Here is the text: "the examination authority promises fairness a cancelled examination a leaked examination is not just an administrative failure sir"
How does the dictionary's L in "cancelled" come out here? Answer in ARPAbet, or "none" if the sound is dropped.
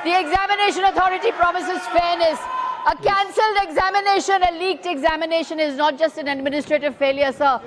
L